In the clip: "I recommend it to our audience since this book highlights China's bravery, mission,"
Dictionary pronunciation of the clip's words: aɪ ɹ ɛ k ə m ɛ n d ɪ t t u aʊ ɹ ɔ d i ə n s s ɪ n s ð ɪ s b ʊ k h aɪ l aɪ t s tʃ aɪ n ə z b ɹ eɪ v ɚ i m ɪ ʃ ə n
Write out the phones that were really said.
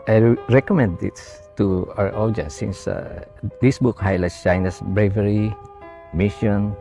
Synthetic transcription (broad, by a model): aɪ ɹ ɛ k ə m ɛ n d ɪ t t u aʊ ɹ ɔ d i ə n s s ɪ n s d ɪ s b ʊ k h aɪ l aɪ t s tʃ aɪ n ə s b ɹ eɪ v ɚ i m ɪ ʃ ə n